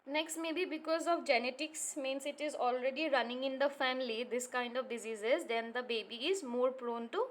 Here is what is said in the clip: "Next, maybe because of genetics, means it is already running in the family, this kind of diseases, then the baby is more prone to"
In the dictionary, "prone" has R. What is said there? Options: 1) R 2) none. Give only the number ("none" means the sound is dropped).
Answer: 1